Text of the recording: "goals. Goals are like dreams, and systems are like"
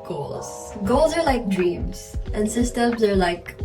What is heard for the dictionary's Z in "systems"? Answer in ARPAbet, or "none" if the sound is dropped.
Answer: Z